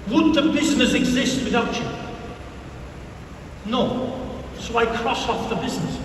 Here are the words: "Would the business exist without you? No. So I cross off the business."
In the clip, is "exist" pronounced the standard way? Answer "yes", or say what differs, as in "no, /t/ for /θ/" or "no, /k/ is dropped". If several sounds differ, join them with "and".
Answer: yes